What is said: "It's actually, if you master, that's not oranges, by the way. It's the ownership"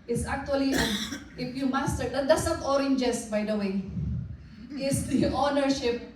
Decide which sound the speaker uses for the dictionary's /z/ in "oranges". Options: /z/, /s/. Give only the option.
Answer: /s/